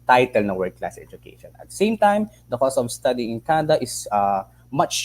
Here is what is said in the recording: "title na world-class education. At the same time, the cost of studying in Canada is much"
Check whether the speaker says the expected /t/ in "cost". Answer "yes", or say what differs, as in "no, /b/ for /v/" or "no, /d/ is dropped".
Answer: no, /t/ is dropped